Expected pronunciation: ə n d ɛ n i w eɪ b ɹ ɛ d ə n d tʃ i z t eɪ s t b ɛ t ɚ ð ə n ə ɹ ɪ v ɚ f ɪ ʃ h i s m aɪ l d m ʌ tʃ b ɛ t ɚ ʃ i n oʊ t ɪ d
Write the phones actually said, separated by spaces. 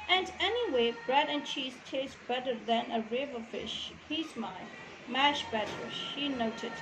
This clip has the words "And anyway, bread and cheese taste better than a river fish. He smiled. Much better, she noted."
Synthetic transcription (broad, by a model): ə n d ɛ n i w eɪ b ɹ ɛ d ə n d tʃ i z t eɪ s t b ɛ t ɚ ð ə n ə ɹ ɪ v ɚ f ɪ ʃ h i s m aɪ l m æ ʃ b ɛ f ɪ ʃ i n oʊ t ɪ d